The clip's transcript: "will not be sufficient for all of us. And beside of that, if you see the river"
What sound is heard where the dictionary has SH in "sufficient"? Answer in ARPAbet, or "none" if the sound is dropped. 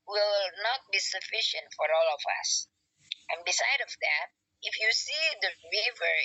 SH